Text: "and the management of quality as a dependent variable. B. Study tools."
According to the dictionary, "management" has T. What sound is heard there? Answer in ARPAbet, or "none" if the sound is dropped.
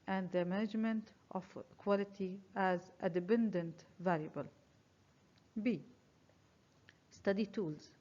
T